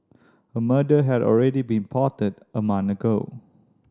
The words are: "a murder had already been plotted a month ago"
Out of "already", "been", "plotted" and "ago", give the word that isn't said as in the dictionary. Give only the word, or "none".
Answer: plotted